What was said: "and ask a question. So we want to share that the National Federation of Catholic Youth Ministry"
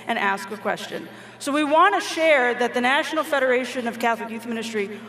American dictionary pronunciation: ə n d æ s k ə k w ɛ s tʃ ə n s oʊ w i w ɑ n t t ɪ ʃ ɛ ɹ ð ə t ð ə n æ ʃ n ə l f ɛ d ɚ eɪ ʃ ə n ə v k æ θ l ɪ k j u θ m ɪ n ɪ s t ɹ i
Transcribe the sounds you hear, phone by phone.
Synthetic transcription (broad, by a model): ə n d æ s k ə k w ɛ s tʃ ə n s oʊ w i w ɑ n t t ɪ ʃ ɛ ɹ ð ə t ð ə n æ ʃ n l f ɛ d ɚ eɪ ʃ ə n ə v k æ θ l ɪ k j u θ m ɪ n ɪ s t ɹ i